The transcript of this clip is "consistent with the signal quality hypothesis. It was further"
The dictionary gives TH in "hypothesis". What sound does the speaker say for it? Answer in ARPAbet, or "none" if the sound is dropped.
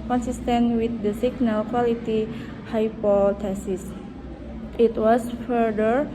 T